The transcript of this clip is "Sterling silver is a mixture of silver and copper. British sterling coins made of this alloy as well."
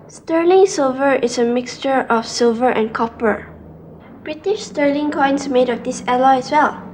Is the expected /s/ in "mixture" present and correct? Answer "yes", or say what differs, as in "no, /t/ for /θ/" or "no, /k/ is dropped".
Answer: yes